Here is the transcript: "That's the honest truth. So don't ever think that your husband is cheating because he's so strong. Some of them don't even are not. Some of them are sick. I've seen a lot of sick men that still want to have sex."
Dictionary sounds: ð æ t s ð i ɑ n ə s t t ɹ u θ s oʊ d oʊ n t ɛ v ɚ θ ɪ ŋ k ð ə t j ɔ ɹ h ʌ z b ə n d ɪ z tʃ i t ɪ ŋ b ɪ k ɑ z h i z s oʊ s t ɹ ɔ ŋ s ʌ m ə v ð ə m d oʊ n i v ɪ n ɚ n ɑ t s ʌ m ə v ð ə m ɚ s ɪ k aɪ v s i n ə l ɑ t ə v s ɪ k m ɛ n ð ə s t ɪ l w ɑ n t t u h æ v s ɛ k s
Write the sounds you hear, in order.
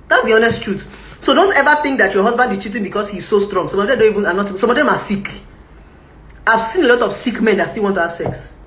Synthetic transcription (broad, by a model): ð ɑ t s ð i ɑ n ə s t t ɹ u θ s oʊ d oʊ n t ɛ v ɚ θ ɪ ŋ k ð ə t j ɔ h ʌ z b ə n d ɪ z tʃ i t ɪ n b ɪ k ɑ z h i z s oʊ s t ɹ ɔ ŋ s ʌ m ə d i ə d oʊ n i v ɪ n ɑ n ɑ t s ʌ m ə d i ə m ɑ s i k aɪ v s i n ə l ɑ t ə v s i k m ɛ n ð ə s t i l w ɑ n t t u h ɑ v s ɛ k s